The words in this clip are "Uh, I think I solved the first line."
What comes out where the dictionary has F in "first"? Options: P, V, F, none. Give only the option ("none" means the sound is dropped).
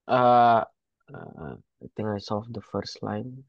F